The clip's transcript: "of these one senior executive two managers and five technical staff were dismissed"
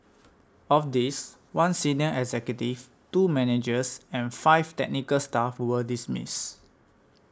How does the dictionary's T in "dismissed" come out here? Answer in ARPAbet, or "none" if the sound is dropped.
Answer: none